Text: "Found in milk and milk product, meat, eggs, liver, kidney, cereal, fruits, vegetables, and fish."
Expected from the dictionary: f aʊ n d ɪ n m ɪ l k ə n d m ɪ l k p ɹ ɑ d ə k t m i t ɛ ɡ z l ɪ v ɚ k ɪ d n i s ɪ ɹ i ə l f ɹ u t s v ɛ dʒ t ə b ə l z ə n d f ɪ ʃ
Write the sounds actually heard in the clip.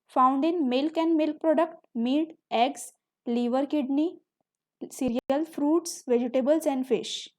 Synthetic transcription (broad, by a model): f aʊ n d ɪ n m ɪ l k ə n m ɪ l k p ɹ ɑ d ə k t m i t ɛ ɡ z l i v ɚ k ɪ d n i s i ɹ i ə l f ɹ u t s v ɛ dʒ t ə b ə l s ə n d f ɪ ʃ